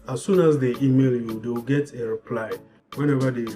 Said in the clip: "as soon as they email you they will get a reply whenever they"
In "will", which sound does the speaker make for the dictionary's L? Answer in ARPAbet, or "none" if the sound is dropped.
W